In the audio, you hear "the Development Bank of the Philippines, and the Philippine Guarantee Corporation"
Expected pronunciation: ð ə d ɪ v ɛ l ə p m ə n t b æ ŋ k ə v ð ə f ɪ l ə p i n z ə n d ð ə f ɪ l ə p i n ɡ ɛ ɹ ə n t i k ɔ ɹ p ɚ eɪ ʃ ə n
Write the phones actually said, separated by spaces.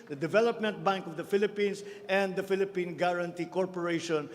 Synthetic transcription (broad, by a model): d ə d ɪ v ɛ l ə p m ə n t b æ ŋ k ə v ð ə f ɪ l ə p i n s ə n d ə f ɪ l ə p i n ɡ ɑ ɹ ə n t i k ɔ ɹ p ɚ eɪ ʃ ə n